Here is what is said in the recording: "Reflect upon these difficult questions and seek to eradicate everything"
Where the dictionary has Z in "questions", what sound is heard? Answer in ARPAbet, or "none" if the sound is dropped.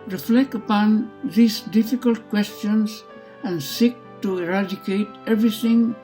S